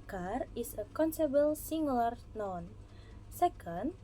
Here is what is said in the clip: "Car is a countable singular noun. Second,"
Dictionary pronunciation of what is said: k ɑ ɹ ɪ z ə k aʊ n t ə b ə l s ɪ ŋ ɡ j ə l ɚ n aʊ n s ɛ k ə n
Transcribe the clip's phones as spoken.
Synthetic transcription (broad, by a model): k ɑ ɹ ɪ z ə k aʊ n s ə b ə l s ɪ ŋ ɡ l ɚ n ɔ n s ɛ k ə n